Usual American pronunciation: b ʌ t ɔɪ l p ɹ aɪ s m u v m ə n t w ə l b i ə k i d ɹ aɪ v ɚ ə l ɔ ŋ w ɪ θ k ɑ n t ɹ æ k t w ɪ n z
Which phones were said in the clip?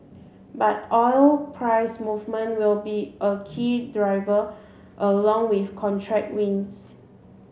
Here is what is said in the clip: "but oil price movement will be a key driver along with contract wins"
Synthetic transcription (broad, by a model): b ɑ t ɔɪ l p ɹ aɪ s m u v m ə n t w ə l b i ə k i d ɹ aɪ v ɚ ə l ɔ ŋ w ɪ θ k ɑ n t ɹ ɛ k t w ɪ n s